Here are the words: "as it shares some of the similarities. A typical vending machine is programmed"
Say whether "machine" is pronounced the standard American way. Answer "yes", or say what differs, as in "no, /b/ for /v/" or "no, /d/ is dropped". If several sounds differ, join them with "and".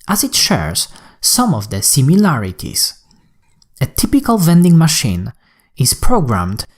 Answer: yes